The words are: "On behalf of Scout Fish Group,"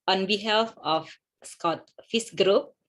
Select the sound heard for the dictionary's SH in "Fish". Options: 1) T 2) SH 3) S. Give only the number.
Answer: 3